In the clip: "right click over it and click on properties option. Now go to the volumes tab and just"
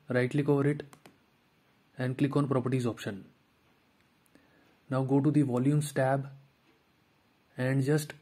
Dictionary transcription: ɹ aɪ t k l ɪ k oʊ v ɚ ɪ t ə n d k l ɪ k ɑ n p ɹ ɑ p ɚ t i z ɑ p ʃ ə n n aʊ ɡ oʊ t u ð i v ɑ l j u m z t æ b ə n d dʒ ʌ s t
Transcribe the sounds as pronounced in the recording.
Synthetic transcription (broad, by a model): ɹ aɪ t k l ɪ k oʊ v ɚ ɪ t ə n d k l ɪ k ɑ n p ɹ ɑ p ɚ t i z ɑ p ʃ ə n n aʊ ɡ oʊ t u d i v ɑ l j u m s t æ b ə n d dʒ ʌ s t